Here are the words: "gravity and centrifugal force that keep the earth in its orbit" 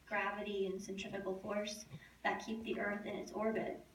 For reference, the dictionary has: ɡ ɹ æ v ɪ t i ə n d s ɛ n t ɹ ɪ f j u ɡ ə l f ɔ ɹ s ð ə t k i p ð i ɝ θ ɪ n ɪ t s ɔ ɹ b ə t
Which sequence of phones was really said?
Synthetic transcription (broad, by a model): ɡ ɹ æ v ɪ t i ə n s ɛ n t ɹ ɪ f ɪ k l f ɔ ɹ s ð ə t k i p ð i ɝ θ ɪ n ɪ t s ɔ ɹ b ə t